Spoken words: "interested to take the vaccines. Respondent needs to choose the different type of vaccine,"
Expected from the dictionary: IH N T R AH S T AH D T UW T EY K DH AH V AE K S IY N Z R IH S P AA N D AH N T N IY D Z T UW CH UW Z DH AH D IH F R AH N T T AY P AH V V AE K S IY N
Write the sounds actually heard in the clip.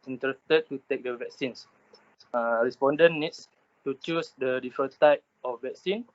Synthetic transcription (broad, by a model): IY N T R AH S T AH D T UW T EY K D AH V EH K S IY N S R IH S P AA N D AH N N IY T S T UW CH UW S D AH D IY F AH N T T AY P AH F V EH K S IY N